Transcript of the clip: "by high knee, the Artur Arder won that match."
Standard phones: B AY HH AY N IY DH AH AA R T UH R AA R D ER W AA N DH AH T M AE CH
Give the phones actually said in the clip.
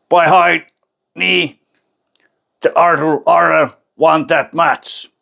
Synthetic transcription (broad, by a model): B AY HH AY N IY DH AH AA R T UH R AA R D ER W AA N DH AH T M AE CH